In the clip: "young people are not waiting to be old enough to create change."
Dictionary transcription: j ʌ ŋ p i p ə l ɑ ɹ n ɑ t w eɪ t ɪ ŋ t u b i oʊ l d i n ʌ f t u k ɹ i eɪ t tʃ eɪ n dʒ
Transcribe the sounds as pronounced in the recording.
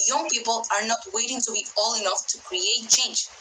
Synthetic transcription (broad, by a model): j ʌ ŋ p i p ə l ɑ ɹ n ɑ t w eɪ t ɪ ŋ t u b i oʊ l i n ʌ f t u k ɹ i eɪ t tʃ eɪ n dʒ